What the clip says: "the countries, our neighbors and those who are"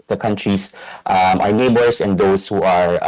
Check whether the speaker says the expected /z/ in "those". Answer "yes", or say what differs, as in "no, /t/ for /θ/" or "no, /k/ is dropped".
no, /s/ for /z/